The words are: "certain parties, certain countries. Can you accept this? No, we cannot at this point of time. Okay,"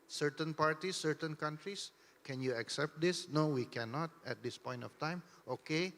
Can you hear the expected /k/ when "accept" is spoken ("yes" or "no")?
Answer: yes